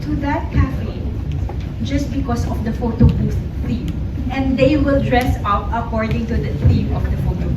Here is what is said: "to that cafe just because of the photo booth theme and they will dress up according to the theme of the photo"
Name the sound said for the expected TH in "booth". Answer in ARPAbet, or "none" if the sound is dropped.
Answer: S